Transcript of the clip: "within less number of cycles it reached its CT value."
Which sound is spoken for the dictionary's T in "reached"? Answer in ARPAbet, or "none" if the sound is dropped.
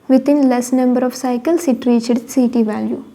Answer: none